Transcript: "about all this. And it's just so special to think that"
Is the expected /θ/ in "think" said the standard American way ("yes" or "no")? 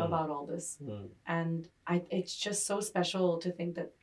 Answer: yes